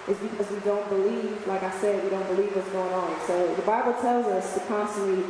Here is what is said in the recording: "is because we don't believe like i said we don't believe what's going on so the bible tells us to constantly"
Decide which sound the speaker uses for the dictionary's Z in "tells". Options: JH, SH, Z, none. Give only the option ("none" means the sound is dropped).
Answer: Z